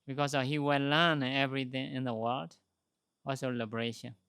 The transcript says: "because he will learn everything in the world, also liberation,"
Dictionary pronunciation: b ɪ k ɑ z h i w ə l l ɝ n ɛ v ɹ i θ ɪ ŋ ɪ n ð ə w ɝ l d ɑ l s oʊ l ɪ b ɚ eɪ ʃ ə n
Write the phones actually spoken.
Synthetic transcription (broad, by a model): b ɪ k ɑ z h i w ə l l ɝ n ɛ v ɹ i θ ɪ ŋ ɪ n ð ə w ɝ l d ɑ l s oʊ l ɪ b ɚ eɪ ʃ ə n